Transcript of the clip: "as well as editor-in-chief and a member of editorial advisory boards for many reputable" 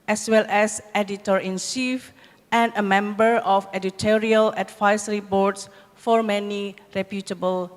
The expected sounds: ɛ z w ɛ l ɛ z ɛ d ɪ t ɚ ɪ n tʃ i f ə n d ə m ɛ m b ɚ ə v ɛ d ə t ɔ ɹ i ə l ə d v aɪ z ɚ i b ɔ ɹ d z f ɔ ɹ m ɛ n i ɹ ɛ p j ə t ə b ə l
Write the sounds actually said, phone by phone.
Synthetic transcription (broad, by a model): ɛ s w ɛ l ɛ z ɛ d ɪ t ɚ ɪ n s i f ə n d ə m ɛ m b ɚ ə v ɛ d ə t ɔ ɹ i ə l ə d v aɪ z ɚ i b ɔ ɹ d s f ɔ ɹ m ɛ n i ɹ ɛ p j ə t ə b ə l